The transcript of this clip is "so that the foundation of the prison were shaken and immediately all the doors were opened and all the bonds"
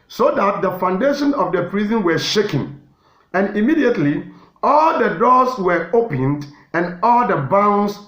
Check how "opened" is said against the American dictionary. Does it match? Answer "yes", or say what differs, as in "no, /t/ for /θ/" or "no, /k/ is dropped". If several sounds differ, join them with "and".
yes